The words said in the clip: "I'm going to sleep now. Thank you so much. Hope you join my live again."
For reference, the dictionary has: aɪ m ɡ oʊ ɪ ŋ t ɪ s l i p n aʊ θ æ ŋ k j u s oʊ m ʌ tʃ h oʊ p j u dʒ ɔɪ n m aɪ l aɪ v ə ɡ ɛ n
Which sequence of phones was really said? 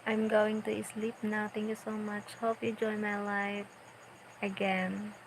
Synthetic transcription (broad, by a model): aɪ m ɡ oʊ ɪ ŋ t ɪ s l i p n aʊ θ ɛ ŋ k j u s oʊ m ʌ tʃ h oʊ p j u dʒ ɔɪ n m aɪ l aɪ f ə ɡ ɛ n